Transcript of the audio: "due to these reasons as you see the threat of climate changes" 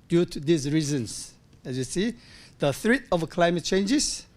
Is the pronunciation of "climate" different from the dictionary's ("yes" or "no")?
no